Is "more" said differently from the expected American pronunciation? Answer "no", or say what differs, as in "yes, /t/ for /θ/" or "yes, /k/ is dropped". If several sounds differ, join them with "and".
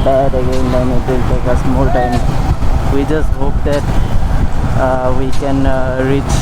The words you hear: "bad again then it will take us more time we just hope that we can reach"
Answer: yes, /l/ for /ɹ/